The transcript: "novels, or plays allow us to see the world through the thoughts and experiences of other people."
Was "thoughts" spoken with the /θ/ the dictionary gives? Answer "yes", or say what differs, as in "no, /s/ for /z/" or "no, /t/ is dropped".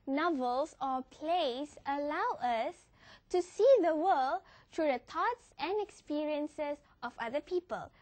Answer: no, /t/ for /θ/